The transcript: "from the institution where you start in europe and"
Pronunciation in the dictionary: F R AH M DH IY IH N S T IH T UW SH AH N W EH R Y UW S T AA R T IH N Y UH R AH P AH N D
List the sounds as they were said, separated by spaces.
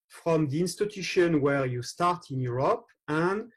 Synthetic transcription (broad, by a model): F R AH M DH IY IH N S T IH T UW SH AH N W EH R Y UW S T AA R T IH N Y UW R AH P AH N D